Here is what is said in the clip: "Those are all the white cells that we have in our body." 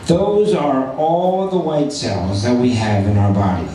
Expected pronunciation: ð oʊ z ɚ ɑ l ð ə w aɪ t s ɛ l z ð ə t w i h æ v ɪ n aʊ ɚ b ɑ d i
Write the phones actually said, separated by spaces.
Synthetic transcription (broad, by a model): ð oʊ z ɚ ɑ l ð ə w aɪ t s ɛ l z ð ə t w i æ v ɪ n aʊ ɚ b ɑ d i